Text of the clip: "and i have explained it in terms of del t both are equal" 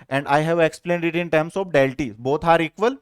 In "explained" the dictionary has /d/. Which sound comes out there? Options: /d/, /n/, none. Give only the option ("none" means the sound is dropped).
/d/